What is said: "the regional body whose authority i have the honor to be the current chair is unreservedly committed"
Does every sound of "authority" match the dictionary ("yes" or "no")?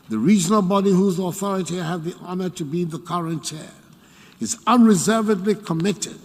yes